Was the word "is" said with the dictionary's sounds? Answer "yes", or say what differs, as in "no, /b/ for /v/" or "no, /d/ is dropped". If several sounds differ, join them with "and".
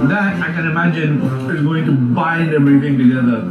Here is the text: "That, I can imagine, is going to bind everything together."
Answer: yes